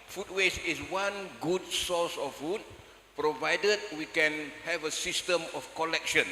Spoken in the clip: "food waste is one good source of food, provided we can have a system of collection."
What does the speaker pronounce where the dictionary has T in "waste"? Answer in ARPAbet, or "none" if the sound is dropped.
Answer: none